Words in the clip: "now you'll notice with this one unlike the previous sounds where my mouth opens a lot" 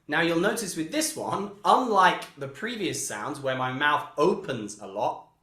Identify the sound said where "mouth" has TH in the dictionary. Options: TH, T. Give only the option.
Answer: TH